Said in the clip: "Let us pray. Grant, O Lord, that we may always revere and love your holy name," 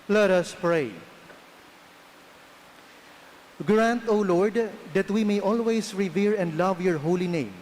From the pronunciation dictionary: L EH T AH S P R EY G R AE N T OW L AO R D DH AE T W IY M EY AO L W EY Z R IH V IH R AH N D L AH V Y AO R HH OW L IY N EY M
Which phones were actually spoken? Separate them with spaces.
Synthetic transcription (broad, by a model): L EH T AH S P R EY G R AE N T OW L AO R D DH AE T W IY M EY AO L W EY S R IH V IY R AH N D L AH V Y AO R HH OW L IY N EY M